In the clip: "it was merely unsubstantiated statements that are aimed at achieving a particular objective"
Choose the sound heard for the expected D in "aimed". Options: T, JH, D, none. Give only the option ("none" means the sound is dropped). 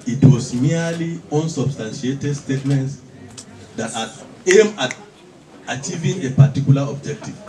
none